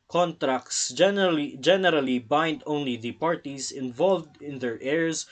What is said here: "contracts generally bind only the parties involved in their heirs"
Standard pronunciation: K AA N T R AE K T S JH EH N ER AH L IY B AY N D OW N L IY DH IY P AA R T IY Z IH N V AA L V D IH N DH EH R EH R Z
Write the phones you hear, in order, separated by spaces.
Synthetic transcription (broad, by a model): K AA N T R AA K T S JH EH N ER AH L IY B AY N D OW N L IY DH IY P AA R T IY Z IH N V AA L V D IH N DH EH R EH R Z